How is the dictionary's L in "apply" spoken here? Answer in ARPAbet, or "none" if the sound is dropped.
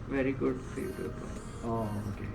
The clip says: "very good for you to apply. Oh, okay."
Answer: none